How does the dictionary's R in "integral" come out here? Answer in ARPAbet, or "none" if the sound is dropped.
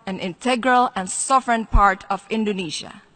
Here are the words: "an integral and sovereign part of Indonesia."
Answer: R